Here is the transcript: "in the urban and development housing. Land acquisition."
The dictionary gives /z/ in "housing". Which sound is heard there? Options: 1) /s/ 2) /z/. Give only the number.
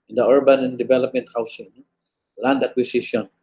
1